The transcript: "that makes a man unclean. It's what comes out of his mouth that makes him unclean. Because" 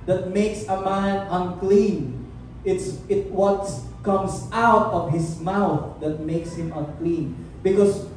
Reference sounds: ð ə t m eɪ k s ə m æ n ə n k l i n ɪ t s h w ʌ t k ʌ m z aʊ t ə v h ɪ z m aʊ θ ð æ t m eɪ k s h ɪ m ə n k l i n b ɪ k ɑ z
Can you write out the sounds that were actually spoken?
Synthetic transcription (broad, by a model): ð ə t m eɪ k s ə m æ n ə n k l i n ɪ t s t w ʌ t k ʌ m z aʊ t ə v h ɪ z m aʊ θ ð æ t m eɪ k s h ɪ m ə n k l i n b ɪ k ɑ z